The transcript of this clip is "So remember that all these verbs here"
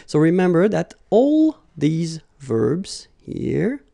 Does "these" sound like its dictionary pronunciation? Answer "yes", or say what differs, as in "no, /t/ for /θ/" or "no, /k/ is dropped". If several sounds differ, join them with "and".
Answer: yes